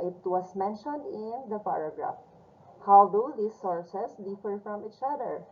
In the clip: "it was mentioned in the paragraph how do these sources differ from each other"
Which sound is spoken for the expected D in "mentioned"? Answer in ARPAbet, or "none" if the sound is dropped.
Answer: D